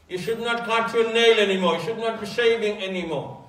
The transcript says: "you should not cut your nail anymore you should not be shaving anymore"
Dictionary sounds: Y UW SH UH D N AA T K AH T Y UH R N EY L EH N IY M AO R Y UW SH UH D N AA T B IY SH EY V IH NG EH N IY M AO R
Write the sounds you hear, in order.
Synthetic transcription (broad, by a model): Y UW SH UH D N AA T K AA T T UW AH N EY L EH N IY M AO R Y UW SH UH D N AA T B IY S EY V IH NG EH N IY M AO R